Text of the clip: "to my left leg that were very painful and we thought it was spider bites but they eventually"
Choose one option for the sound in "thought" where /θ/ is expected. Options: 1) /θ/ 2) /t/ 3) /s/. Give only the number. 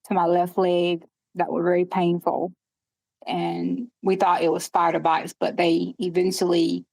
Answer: 1